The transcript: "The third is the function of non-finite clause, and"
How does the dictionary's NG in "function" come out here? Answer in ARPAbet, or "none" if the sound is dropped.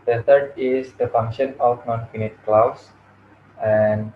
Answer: NG